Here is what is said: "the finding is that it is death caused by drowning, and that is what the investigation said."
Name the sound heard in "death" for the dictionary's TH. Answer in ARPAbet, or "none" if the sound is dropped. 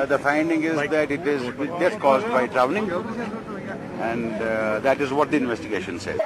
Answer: S